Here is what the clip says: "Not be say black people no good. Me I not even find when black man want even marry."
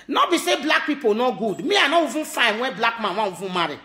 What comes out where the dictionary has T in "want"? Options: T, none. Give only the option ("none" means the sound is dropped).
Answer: none